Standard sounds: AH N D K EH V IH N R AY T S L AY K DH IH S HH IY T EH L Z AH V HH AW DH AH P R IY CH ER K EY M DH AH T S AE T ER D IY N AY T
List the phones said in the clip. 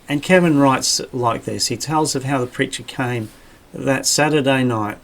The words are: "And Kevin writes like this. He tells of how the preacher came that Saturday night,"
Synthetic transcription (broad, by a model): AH N K EH V IH N R AY T S L AY K DH IH S HH IY T EH L Z AH V HH AW DH AH P R IY CH ER K EY M DH AH T S AE T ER D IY N AY T